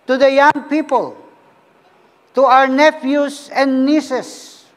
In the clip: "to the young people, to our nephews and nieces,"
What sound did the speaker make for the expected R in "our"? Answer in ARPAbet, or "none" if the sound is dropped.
R